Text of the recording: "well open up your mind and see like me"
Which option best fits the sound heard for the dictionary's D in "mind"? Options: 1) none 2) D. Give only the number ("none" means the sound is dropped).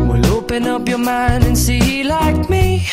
1